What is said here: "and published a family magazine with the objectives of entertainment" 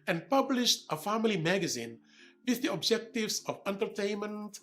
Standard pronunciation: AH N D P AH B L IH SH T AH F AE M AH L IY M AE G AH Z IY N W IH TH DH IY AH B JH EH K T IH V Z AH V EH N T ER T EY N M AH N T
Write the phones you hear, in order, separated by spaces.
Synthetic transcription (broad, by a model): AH N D P AH B L IH SH T AH F AE M AH L IY M AE G AH Z IY N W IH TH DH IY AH B JH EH K T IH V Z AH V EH N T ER T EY N M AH N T